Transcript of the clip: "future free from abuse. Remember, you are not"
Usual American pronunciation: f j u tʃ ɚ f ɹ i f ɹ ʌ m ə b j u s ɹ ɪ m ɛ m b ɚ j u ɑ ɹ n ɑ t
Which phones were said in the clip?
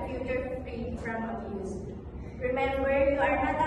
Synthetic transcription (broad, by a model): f j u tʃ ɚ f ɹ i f ɹ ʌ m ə j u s ɹ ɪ m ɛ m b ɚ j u ɑ ɹ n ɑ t